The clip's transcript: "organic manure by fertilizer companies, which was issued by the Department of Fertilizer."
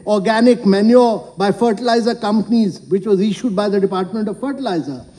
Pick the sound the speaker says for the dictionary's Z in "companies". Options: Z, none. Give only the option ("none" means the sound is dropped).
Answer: Z